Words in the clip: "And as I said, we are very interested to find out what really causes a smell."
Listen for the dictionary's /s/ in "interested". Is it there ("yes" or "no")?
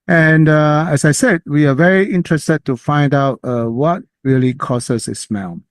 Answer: yes